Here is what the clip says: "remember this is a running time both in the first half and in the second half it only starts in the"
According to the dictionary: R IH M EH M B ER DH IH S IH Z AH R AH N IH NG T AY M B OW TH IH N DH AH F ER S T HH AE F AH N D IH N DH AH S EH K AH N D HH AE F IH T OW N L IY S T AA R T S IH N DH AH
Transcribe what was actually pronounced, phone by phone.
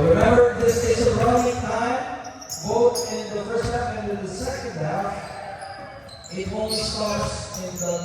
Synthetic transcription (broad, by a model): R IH M EH M B ER DH IH S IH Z AH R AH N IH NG T AY M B OW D IH N DH AH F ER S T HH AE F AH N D IH N DH AH S EH K AH N D HH AE F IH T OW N IY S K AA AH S IH N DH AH